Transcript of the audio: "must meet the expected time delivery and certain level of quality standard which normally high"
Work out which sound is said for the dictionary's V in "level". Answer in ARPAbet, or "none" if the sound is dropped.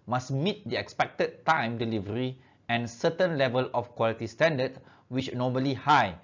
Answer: V